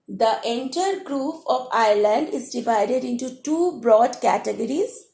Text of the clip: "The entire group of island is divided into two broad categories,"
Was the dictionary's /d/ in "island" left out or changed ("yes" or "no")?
no